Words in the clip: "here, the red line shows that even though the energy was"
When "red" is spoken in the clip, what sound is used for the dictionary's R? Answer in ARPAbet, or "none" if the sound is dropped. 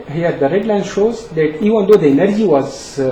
R